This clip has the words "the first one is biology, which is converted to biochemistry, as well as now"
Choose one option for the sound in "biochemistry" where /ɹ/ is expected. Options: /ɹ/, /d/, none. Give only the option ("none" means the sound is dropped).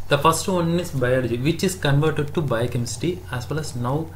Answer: none